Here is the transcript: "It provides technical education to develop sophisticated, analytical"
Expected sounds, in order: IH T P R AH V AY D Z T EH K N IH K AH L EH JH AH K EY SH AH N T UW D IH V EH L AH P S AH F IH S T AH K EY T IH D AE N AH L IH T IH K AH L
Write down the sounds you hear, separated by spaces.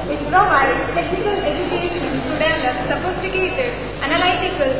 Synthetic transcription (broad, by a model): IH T P R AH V AY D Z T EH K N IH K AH L EH JH AH K EY SH AH N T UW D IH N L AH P S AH P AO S T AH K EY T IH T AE N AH L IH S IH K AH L